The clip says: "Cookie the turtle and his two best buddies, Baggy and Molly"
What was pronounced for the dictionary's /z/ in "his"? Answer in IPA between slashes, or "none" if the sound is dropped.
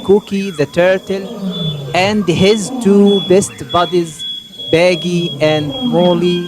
/z/